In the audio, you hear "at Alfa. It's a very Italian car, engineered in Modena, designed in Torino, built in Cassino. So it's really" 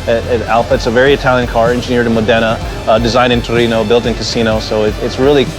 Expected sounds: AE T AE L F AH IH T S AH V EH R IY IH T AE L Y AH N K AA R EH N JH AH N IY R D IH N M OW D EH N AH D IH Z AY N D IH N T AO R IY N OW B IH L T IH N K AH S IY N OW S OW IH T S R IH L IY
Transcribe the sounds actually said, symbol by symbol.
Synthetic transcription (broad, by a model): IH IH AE L F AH IH T S AH V EH R IY IH T AE L Y AH N K AA R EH N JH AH N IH R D IH N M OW D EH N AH D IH Z AY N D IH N T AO R IY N OW B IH L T IH N K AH S IY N OW S OW IH T S R IH L IY